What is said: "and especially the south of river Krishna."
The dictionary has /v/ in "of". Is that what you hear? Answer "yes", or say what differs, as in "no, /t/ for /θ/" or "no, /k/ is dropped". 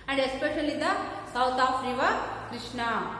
no, /p/ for /v/